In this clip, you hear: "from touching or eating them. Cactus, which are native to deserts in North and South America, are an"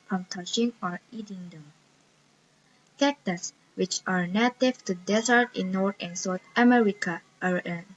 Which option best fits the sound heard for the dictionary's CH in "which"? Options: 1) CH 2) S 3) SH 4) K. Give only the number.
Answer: 1